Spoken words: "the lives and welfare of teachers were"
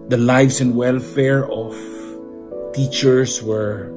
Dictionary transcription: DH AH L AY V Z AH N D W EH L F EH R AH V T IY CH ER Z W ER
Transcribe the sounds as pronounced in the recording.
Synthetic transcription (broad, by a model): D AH L AY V S AH N D W EH L F EH R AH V T IY CH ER S W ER